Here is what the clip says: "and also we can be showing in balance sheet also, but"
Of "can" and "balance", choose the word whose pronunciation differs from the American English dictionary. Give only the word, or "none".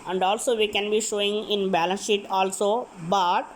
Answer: none